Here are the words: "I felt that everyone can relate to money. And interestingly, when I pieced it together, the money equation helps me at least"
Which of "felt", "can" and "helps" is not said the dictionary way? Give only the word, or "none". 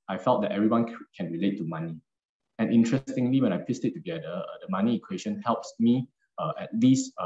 none